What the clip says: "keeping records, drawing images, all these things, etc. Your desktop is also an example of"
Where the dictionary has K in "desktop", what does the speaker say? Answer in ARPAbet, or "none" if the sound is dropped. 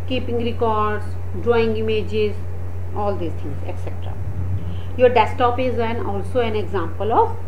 none